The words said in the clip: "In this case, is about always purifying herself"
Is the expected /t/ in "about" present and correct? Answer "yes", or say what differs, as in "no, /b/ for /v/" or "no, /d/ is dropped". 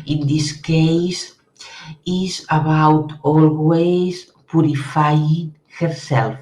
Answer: yes